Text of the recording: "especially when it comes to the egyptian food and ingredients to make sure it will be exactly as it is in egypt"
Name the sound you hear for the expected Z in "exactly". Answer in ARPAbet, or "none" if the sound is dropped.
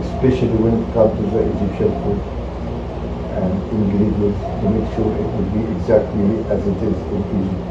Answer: Z